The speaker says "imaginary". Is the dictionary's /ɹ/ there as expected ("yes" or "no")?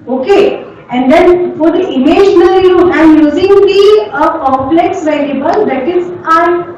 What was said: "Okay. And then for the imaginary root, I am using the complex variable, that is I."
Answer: no